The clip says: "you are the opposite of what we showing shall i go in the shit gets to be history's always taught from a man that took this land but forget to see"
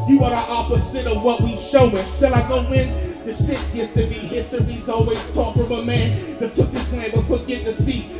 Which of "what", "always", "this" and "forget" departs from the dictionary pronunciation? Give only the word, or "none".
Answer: forget